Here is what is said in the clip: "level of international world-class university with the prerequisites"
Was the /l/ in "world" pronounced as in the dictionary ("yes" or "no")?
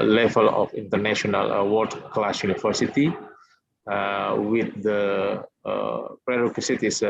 no